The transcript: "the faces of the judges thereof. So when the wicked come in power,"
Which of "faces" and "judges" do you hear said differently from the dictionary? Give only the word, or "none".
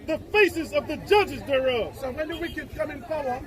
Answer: none